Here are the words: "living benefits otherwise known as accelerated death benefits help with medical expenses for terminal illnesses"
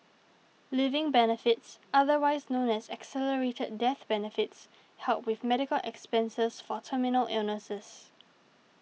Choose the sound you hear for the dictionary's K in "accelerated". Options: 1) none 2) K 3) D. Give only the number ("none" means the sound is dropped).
2